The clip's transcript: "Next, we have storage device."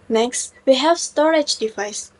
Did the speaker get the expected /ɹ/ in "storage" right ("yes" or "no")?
yes